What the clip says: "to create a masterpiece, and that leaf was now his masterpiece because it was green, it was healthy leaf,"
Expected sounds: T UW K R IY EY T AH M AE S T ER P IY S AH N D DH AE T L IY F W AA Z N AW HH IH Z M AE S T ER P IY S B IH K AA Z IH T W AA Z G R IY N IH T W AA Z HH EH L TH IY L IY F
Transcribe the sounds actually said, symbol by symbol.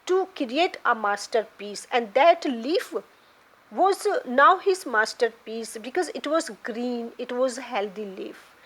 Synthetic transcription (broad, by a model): T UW K R IY EY T AH M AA S T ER P IY S AH N D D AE T L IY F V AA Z N AW HH IH Z M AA S T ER P IY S B IH K AA Z IH T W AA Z G R IY N IH T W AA Z HH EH L T IY L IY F